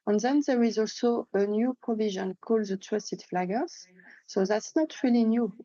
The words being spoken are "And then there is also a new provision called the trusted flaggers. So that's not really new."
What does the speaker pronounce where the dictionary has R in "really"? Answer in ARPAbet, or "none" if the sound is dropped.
R